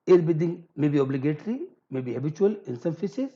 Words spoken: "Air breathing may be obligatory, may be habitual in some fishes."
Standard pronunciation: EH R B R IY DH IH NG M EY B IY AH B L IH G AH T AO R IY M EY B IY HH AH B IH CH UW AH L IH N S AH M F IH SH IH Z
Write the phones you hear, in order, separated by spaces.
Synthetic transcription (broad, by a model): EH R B IY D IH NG M EY B IY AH B L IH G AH T R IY M EY B IY HH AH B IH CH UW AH L IH N S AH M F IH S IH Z